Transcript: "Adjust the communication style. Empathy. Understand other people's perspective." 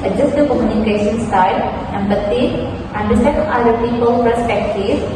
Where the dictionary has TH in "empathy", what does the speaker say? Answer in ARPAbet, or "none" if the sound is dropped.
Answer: T